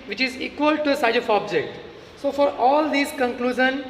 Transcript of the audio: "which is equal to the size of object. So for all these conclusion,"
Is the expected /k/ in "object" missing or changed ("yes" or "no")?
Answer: no